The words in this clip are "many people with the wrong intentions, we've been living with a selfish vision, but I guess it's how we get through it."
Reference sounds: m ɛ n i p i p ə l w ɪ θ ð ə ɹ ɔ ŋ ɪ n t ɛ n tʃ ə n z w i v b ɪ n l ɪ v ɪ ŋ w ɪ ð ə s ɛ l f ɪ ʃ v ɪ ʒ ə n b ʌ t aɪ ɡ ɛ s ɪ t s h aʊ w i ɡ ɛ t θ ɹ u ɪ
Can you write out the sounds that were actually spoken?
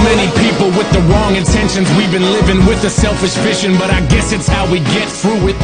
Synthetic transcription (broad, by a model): m ɛ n i p i p l w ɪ ð ə ɹ ɔ ŋ ɪ n t ɛ n ʃ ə n z w i v b ɪ n l ɪ v ɪ ŋ w ɪ ð ə s ɛ l f ɪ ʃ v ɪ ʃ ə n b ʌ t aɪ ɡ ɛ s ɪ t s h aʊ w i ɡ ɛ t θ ɹ u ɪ